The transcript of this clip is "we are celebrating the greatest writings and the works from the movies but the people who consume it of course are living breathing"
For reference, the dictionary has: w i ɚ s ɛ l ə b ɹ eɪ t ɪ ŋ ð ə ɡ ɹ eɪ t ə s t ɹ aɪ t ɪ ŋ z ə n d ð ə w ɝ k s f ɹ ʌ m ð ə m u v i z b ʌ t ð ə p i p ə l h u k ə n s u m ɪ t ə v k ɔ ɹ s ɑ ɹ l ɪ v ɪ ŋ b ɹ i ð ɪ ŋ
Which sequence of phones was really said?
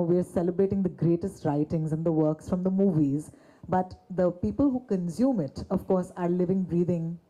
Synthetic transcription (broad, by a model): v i ɚ s ɛ l ə b ɹ eɪ t ɪ ŋ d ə ɡ ɹ eɪ t ə s t ɹ aɪ t ɪ ŋ z ə n d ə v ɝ k s f ɹ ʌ m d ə m u v i z b ʌ t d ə p i p ə l h u k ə n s u m ɪ t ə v k ɔ ɹ s ɑ ɹ l ɪ v ɪ ŋ b ɹ i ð ɪ ŋ